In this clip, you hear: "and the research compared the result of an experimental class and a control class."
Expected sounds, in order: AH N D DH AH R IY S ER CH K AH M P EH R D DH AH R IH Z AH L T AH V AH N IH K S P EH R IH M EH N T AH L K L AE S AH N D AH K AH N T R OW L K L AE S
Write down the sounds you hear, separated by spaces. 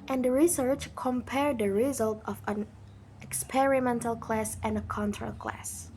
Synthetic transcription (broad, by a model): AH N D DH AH R IY S ER CH K AH M P EH R D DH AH R IH Z AH L T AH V AH N IH K S P EH R IH M EH N T AH L K L AE S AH N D AH K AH N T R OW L K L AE S